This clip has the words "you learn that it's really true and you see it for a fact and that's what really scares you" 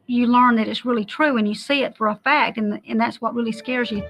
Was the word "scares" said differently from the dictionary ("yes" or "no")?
no